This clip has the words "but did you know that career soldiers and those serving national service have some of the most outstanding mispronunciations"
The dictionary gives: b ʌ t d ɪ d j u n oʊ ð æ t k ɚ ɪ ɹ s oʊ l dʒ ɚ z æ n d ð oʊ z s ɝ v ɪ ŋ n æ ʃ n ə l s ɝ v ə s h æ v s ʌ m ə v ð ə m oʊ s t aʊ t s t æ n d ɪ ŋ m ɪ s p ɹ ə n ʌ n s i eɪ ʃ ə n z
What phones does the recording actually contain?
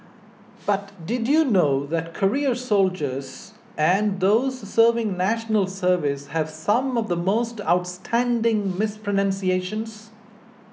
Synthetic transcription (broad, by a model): b ʌ t d ɪ d j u n oʊ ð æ t k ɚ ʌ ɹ s oʊ l dʒ ɚ z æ n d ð oʊ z s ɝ v ɪ ŋ n æ ʃ n ə l s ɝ v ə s h æ v s ʌ m ə v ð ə m oʊ s t aʊ t s t æ n d ɪ ŋ m ɪ s p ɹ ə n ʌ n s i eɪ ʃ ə n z